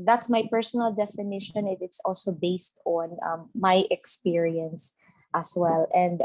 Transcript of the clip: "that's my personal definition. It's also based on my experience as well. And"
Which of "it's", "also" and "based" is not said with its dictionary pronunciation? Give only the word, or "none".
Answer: none